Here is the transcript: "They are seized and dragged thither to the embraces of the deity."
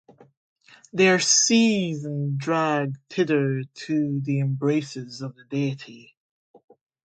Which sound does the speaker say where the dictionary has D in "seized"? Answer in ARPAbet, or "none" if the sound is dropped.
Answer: none